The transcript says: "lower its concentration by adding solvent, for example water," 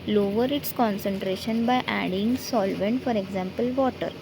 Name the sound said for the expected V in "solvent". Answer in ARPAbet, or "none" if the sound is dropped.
V